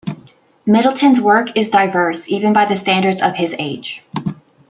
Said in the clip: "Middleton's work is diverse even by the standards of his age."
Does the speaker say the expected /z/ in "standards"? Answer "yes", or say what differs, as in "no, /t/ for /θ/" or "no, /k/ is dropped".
yes